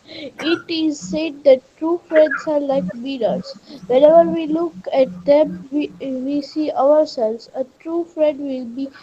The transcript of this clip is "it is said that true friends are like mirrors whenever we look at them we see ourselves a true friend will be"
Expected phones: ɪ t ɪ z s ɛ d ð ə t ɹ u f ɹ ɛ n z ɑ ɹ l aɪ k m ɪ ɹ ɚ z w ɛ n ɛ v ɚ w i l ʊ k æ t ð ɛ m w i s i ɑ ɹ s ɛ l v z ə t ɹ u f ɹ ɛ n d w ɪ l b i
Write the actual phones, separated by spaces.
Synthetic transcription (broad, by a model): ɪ t ɪ z s ɛ d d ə t ɹ u f ɹ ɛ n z ɑ ɹ l aɪ k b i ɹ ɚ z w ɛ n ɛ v ɚ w i l ʊ k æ t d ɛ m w i s i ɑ ɹ s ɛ l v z ə t ɹ u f ɹ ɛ d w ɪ l b i